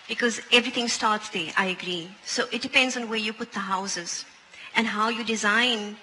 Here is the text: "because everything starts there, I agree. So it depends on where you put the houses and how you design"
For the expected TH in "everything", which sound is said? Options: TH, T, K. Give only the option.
T